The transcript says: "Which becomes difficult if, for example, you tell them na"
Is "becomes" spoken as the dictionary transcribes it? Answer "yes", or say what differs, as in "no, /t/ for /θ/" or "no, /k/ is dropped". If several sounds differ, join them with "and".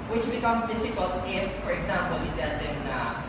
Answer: no, /s/ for /z/